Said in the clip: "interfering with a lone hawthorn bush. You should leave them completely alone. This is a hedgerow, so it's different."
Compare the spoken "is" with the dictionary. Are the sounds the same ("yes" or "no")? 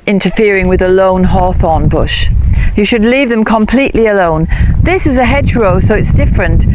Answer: yes